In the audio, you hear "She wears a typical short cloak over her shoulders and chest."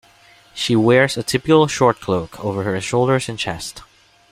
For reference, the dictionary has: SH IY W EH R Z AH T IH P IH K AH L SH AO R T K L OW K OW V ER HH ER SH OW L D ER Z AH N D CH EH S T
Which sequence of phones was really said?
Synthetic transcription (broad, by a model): SH IY W EH R Z AH T IH P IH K L SH AO R T K L OW K OW V ER HH ER SH OW L D ER Z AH N CH EH S T